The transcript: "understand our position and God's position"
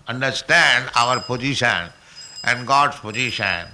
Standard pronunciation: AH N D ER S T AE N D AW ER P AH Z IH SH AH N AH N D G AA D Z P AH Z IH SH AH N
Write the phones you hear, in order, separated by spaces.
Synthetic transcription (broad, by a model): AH N D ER S T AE N D AW ER P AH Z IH SH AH N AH N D G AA D S P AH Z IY SH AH N